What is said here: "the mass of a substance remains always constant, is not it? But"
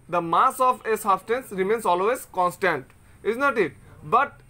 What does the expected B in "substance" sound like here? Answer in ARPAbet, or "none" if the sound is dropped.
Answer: none